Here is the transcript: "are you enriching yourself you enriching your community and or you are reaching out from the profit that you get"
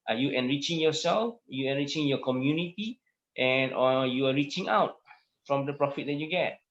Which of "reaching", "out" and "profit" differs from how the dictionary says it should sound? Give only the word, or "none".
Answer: none